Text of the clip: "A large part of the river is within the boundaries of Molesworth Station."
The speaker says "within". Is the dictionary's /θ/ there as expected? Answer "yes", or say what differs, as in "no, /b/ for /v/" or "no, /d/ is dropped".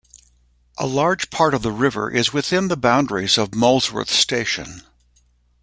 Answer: yes